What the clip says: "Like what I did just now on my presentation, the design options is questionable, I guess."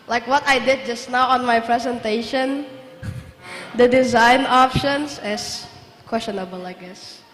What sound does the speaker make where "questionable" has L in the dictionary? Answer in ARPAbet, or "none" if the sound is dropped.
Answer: L